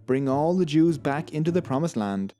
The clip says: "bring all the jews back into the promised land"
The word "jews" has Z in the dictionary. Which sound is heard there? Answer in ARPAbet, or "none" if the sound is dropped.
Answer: Z